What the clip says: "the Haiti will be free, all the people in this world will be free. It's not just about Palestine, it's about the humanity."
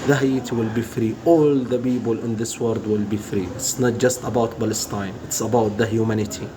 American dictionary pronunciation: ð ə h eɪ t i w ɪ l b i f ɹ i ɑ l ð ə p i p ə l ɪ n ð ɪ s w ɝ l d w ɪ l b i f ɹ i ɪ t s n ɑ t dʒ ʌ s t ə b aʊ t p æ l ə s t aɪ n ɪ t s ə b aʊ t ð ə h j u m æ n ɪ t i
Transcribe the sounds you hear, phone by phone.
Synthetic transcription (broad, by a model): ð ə h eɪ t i w ɪ l b i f ɹ i ɑ l ð ə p i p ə l ɪ n ð ɪ s w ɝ d w ɪ l b i f ɹ i ɪ t s n ɑ t dʒ ʌ s t ə b aʊ t b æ l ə s t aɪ n ɪ t s ə b aʊ t ð ə h j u m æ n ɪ t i